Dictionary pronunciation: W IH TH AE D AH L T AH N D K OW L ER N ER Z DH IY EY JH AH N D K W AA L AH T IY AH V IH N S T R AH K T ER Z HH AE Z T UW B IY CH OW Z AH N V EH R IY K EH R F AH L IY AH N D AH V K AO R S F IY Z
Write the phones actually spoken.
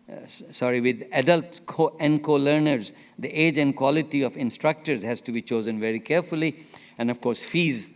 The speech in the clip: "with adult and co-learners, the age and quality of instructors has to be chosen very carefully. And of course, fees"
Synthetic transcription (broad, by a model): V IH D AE D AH L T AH N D K OW L ER N ER Z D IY EY JH AH N D K W AA L AH T IY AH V IH N S T R AH K T ER Z HH AE Z T UW B IY CH OW Z AH N V EH R IY K EH R F AH L IY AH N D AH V K AO R S F IY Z